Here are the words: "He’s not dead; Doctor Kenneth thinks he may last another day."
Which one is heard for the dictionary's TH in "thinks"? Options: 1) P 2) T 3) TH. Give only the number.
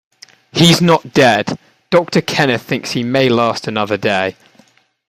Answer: 3